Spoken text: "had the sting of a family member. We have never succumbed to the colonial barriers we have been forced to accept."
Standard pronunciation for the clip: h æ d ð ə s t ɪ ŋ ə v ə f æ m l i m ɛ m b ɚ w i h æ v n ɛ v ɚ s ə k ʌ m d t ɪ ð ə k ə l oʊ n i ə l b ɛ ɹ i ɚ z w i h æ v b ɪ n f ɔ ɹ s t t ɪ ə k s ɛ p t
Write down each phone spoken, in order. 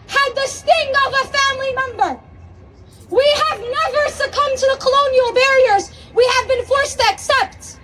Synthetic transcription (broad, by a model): h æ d ð ə s t ɪ ŋ ə v ə f æ m l i m ɛ m b ɚ w i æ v n ɛ v ɚ s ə k ʌ m t ɪ ð ə k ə l oʊ n i l b ɛ ɹ i ɚ z w i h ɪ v b ɪ n f ɔ ɹ s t t ɪ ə k s ɛ p t